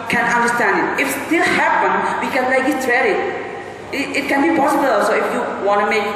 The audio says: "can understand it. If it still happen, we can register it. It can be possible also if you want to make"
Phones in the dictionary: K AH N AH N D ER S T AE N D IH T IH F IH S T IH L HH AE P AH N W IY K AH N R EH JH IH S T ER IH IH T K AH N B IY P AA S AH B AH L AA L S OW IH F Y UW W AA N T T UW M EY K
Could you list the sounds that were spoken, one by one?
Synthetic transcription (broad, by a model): K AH N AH N D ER S T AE N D IH T IH F S T IH L HH AE P AH N W IY K AH N L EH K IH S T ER IH IH T K AH N B IY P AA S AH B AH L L S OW IH F Y UW W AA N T T UW M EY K